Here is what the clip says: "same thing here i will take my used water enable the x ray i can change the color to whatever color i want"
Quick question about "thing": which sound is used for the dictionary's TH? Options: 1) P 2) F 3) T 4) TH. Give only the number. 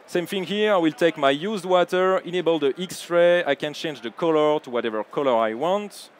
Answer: 2